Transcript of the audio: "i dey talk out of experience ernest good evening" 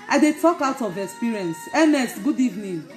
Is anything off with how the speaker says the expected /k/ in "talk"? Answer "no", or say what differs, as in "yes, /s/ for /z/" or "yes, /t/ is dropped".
no